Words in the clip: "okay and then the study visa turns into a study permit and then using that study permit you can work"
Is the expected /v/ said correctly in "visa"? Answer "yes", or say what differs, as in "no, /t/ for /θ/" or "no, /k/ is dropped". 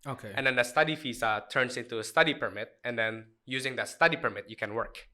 no, /f/ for /v/